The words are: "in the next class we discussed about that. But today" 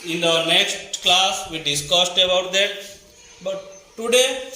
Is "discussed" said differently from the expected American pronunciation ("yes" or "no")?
no